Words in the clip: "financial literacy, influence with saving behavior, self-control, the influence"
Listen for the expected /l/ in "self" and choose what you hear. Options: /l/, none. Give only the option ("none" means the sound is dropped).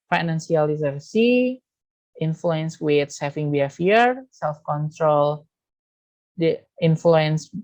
/l/